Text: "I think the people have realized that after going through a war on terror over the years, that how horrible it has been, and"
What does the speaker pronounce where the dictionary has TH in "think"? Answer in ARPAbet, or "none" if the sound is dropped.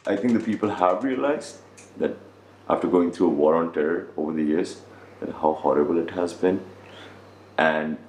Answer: T